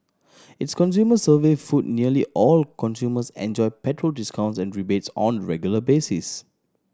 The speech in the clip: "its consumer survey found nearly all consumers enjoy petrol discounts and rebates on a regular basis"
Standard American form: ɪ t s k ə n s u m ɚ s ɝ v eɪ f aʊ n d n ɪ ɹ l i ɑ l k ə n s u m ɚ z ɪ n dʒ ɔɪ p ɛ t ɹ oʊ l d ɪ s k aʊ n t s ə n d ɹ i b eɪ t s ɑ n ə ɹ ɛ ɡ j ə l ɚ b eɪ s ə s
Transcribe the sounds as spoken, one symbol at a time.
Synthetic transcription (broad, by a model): ɪ t s k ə n s u m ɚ s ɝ v eɪ f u d n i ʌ l i ɑ l k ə n s u m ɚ s ɪ n dʒ ɔɪ p ɛ t ɹ oʊ l d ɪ s k aʊ n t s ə n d ɹ i b eɪ t s ɑ n ɹ ɛ ɡ j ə l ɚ b eɪ s ə s